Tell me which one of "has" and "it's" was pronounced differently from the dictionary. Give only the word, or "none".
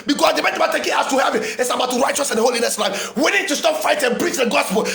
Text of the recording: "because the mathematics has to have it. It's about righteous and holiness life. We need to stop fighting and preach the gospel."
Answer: has